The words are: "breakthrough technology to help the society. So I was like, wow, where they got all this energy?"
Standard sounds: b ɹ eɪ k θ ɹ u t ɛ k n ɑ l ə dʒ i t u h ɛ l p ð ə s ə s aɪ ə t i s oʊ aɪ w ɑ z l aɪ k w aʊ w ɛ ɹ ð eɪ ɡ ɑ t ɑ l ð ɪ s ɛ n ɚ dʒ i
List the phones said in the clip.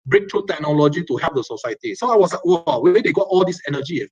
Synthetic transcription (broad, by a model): b ɹ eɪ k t ɹ u t ɛ k n ɑ l ə dʒ i t u h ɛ p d ə s ə s aɪ ə t i s oʊ aɪ w ɑ s l aɪ k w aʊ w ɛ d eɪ ɡ ɑ t ɑ l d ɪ s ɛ n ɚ dʒ i